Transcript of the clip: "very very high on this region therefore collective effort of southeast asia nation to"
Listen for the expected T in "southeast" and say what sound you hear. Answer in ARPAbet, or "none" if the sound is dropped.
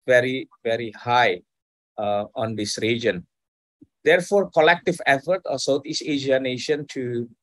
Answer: none